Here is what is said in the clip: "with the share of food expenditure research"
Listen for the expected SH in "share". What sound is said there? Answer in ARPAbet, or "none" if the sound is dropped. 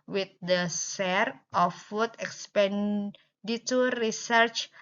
S